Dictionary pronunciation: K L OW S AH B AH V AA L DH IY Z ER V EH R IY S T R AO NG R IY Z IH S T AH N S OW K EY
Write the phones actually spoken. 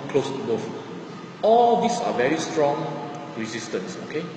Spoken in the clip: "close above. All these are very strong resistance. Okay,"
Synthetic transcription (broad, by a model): K L OW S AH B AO F AA L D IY S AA V EH R IY S T R AO NG R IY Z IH S T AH N S OW K EY